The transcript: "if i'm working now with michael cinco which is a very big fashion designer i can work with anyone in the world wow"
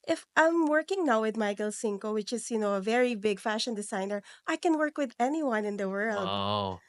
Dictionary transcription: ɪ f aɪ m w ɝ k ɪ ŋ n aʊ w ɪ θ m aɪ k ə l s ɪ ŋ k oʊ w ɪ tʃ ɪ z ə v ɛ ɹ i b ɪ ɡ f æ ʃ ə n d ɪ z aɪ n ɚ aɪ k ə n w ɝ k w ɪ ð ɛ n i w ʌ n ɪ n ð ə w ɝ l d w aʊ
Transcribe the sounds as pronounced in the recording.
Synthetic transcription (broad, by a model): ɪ f aɪ m w ɝ k ɪ ŋ n aʊ w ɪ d m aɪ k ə l s ɪ ŋ k oʊ w ɪ tʃ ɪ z ə v ɛ ɹ i b ɪ ɡ f æ ʃ ə n d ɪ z aɪ n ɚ aɪ k ə n w ɝ k w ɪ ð ɛ n i w ʌ n ɪ n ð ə w ɝ l d